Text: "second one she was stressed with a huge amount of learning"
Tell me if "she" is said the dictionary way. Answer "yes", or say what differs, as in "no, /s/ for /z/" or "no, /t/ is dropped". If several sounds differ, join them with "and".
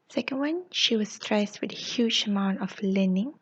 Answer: yes